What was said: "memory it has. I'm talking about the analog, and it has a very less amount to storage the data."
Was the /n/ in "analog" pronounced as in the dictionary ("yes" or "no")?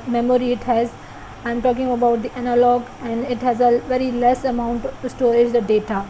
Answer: yes